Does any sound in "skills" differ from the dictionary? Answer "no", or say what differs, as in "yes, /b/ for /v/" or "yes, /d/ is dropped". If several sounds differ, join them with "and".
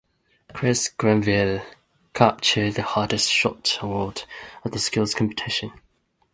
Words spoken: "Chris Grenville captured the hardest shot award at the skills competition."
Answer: no